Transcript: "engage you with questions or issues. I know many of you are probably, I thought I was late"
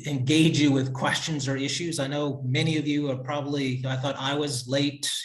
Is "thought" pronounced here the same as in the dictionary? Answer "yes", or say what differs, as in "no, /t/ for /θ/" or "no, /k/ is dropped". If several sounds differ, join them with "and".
yes